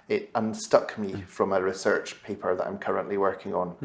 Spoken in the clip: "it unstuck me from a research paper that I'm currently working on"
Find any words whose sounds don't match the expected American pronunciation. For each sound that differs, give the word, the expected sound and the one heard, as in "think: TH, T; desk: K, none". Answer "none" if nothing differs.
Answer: none